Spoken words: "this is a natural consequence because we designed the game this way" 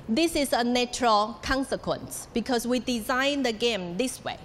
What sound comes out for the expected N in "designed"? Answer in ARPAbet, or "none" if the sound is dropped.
N